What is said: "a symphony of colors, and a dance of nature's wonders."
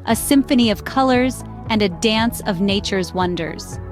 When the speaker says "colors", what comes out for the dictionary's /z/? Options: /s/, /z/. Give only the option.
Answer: /z/